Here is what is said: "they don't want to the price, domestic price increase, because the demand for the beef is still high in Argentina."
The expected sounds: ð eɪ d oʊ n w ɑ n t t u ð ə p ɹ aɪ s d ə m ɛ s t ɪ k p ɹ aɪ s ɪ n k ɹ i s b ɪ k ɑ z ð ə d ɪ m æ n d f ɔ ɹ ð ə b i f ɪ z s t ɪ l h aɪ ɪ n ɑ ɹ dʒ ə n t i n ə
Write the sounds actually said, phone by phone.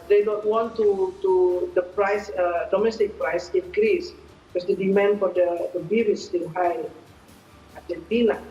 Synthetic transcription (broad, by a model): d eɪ d oʊ n w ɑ n t t u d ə p ɹ aɪ s d ə m ɛ s t ɪ k p ɹ aɪ s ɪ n k ɹ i s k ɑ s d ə d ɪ m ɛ n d f ɔ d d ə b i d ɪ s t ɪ n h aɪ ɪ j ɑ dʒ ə n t i n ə